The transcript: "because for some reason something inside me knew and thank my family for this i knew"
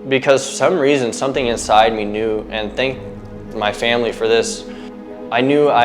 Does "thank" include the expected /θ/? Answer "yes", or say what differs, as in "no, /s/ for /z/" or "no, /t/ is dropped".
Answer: yes